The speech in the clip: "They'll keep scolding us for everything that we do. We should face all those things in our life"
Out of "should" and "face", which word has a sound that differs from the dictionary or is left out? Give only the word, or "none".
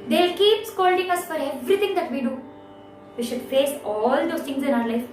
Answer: none